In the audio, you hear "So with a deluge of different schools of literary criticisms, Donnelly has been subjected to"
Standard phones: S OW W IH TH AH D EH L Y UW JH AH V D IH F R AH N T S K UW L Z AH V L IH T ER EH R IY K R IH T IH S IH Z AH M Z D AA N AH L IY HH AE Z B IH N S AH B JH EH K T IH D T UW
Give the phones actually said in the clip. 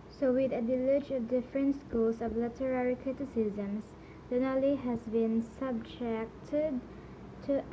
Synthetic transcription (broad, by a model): S OW W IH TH AH D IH L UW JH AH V D IH F R AH N T S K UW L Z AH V L IH T ER EH R IY K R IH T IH S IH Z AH M S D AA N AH L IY HH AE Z B IH N S AH B JH EH K T IH D T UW